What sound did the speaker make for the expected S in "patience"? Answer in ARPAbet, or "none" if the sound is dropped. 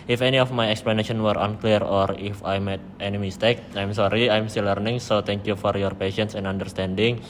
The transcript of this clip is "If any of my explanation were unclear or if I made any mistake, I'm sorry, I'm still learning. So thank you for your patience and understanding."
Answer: S